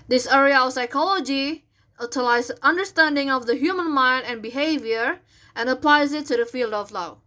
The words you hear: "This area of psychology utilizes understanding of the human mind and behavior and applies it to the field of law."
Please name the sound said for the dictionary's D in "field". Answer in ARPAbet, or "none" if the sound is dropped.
D